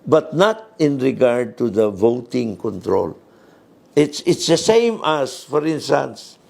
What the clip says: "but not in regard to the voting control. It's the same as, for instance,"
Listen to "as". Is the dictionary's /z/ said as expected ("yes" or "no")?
no